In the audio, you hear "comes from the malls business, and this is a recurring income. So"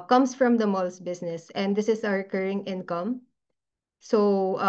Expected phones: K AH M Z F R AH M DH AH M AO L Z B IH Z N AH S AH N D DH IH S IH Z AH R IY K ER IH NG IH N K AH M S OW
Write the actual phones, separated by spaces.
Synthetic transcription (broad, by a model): K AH M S F R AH M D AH M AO L S B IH S N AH S AH N D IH S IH S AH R K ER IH NG IH N K AH M S OW